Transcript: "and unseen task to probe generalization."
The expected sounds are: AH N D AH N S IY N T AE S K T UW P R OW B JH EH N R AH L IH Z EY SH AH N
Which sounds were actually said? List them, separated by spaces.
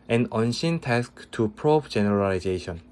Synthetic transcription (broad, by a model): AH N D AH N SH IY N T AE S K T UW P R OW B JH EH N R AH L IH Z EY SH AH N